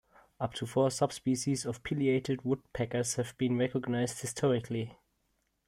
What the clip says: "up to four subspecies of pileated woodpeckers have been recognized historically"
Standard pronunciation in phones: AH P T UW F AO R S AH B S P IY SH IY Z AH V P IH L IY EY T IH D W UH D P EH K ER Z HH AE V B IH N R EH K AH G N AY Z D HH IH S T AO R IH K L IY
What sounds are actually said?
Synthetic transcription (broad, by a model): AH P T UW F AO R S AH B S P IY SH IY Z AH V P IH L IY EY T IH D W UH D P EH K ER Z HH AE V B IH N R EH K AH G N AY Z D HH IH S T AO R IH K L IY